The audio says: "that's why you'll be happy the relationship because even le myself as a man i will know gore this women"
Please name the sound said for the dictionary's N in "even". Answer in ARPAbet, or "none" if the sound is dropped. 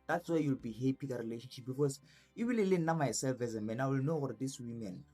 L